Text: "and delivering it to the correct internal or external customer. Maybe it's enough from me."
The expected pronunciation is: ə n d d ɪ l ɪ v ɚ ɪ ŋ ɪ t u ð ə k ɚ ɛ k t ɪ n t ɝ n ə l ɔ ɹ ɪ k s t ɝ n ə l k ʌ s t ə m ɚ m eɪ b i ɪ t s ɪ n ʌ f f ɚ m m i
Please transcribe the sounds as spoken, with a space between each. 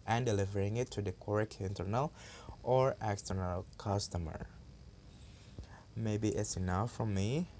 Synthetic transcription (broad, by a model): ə n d d ɪ l ɪ v ɚ ɪ ŋ ɪ t u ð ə k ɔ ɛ k ɪ n t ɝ n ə l ɔ ɹ ɪ k s t ɝ n ə l k ʌ s t ə m ɚ m eɪ b i ɪ t s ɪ n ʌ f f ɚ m m i